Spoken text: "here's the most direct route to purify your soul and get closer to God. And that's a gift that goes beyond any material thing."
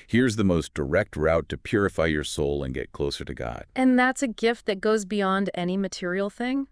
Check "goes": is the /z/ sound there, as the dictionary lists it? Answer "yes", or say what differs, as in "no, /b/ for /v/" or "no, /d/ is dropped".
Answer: yes